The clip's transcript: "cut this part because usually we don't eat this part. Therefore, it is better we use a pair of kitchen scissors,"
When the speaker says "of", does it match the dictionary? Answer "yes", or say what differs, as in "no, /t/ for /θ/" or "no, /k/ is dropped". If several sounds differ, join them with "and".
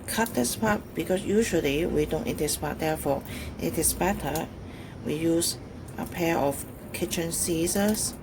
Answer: no, /f/ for /v/